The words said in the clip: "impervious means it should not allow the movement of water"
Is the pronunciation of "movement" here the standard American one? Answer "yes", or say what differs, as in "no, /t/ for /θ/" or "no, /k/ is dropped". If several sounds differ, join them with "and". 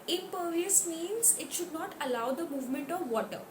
yes